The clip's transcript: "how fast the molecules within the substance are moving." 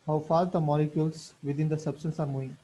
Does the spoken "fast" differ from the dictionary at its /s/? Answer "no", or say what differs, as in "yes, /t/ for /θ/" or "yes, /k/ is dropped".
yes, /s/ is dropped